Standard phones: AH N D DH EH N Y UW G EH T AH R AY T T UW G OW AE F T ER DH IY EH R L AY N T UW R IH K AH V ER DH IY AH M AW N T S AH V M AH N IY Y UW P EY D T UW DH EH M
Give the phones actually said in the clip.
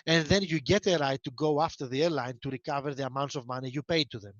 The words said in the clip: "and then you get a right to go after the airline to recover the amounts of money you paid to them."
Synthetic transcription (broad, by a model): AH N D DH EH N Y UW G EH T AH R AY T T UW G OW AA F T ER DH IY EH R L AY N T UW R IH K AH V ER DH IY AH M AW N T S AH V M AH N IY Y UW P EY D T UW DH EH M